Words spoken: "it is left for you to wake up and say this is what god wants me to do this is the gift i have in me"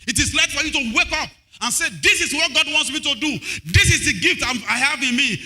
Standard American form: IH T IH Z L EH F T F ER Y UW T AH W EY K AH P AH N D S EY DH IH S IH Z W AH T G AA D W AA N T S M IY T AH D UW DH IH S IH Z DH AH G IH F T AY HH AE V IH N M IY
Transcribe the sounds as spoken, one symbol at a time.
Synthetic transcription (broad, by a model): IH T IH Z L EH T F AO Y UW T AH W EY K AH P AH N S EY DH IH S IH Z W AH T G AA D W AA N T S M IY T AH D UW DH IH S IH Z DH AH G IH F T AY HH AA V IH N M IY